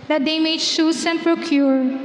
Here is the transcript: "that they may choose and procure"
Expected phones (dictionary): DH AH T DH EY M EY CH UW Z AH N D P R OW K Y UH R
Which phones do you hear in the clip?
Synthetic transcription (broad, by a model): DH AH T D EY M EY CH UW S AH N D P R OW K Y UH R